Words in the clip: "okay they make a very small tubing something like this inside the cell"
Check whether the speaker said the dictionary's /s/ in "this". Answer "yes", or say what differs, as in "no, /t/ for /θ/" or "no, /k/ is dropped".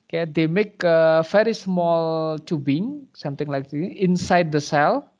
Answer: no, /s/ is dropped